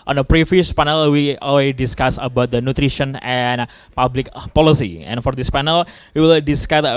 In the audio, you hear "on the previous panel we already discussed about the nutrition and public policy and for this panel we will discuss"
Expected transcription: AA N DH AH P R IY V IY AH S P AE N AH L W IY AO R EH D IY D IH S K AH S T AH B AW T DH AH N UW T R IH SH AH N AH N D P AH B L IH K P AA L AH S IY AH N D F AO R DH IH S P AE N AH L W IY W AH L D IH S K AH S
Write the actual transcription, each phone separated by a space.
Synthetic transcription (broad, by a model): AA N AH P R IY F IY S P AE N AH L W IY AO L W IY D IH S K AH S AH B AW T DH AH N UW T R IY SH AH N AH N P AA B L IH K P AA L AH S IY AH N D F AO R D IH S P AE N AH L W IY W AH L D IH S K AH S